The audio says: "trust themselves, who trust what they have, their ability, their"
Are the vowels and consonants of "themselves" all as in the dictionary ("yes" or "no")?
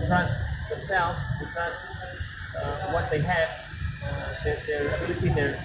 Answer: yes